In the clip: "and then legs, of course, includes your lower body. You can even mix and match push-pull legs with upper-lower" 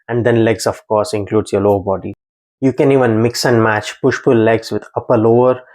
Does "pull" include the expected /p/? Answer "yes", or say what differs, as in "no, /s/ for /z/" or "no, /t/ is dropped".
no, /f/ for /p/